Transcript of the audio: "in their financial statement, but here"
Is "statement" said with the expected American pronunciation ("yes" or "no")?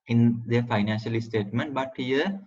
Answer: yes